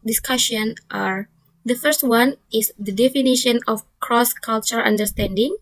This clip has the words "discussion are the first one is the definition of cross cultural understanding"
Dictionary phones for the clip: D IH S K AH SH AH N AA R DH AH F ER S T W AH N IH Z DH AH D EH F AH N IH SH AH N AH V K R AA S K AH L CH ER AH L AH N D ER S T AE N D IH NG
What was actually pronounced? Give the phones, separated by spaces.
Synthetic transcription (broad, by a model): D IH S K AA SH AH N AA R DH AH F ER S T W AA N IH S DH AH D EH F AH N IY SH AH N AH F K R AA S K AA L CH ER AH N D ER S T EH N D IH NG